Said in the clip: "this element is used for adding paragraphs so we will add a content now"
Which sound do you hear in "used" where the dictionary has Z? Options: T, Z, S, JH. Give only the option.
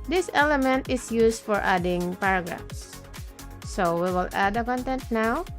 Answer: S